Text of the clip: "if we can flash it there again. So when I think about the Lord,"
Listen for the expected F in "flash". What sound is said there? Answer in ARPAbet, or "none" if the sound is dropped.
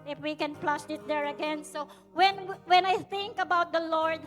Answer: P